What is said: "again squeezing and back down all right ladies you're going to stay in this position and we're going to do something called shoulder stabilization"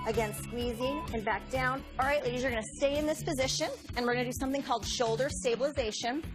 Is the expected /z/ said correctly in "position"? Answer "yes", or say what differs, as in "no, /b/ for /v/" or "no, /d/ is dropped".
yes